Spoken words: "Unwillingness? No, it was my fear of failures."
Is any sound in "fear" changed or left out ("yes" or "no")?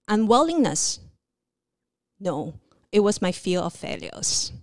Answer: yes